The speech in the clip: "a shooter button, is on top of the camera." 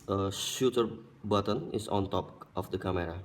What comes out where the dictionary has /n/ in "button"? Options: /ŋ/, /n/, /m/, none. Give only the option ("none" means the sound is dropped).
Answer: /n/